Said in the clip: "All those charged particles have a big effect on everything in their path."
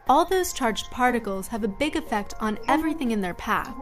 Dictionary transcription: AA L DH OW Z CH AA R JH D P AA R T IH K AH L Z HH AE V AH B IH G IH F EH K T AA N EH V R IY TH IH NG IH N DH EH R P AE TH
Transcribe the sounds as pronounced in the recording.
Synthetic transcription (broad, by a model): AA L DH OW Z CH AA R JH D P AA R T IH K L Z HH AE V AH B IH G IH F EH K T N EH V R IY TH IH NG IH N DH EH R P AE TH